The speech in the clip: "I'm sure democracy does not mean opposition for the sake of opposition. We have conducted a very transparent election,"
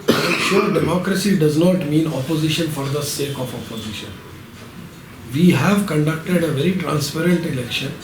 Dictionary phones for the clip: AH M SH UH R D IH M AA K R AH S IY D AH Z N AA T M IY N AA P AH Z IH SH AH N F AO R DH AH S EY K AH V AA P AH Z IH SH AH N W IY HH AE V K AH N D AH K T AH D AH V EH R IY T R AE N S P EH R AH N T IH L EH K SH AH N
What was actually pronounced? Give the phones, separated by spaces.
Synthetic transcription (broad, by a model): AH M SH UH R D IH M AA K R AH S IY D AH Z N AA T M IY N AA P AH Z IH SH AH N F AO R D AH S EY K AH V AA P AH Z IH SH AH N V IY HH AE V K AH N D AH K T AH D AH V EH R IY T R AE N S P EH R AH N T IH L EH K SH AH N